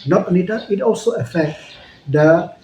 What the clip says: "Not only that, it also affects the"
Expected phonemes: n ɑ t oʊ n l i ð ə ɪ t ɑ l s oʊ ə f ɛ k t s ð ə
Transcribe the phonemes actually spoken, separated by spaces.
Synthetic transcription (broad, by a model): n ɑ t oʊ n i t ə ɪ t ɑ l s oʊ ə f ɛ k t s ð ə